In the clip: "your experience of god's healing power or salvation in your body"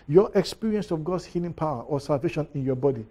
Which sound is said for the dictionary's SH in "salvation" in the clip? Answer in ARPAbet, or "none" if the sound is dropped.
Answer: SH